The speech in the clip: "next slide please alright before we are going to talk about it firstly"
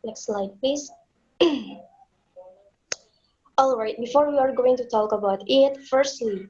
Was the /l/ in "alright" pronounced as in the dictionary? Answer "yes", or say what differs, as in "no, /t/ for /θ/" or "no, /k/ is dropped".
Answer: yes